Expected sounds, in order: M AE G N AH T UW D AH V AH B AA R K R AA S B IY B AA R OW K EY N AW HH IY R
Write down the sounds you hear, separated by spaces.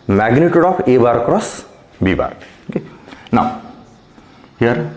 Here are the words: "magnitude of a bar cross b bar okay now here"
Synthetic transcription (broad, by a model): M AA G N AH T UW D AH P AH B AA R K R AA S B IY B AA R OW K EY N AW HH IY R